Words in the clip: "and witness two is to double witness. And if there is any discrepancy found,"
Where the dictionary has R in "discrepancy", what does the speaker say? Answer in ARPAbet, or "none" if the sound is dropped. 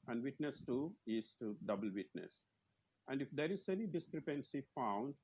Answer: R